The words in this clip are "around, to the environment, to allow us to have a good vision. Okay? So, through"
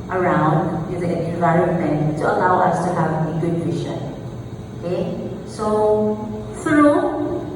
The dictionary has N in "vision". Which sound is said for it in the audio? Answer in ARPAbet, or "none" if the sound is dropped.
none